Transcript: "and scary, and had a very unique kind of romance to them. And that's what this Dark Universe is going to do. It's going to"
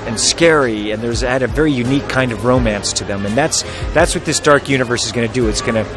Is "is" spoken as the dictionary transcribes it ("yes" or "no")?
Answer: yes